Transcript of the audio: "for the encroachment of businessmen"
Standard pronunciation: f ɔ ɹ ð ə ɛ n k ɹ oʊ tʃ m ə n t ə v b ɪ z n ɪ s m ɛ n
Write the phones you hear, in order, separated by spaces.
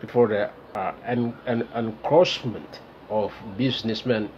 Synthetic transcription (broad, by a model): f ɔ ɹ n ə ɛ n k ɹ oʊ s m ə n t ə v b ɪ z n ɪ s m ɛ n